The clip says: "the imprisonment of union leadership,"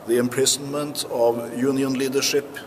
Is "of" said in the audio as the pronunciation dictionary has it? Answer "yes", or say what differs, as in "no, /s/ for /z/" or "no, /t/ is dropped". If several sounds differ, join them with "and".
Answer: yes